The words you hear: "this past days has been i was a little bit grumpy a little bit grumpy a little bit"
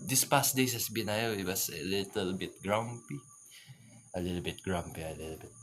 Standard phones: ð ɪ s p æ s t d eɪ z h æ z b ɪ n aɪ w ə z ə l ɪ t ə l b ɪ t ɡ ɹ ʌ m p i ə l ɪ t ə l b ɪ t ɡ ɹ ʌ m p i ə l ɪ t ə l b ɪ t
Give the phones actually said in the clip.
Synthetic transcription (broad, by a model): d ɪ s p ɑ s t d eɪ s h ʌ s b ɪ n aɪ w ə s ə l ɪ t ə l b ɪ t ɡ ɹ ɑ m p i ə l ɪ t ə l b ɪ t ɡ ɹ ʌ m p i ə l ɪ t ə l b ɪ t